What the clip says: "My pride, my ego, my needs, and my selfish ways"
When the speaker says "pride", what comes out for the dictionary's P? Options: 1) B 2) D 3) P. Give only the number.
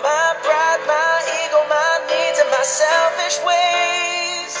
1